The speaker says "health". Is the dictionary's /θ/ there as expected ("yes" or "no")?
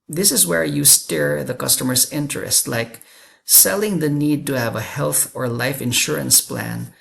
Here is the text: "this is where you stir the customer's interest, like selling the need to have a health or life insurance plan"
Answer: yes